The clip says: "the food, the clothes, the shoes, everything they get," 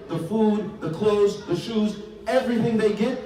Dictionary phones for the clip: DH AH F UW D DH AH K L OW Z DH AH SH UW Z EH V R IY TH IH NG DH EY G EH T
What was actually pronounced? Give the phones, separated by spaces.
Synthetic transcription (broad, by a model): DH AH F UW D DH AH K L OW Z DH AH SH UW Z EH V R IY TH IH NG DH EY G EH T